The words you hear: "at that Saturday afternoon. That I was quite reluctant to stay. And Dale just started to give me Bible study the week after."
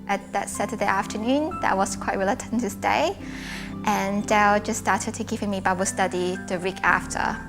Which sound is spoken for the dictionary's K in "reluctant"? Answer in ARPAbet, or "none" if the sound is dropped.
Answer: none